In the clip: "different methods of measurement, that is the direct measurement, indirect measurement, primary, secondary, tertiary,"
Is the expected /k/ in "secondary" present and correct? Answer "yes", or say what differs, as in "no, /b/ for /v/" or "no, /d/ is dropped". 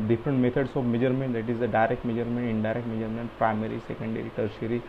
yes